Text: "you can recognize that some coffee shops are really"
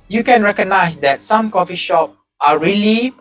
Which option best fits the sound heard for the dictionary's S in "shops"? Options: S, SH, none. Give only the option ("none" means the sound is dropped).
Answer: none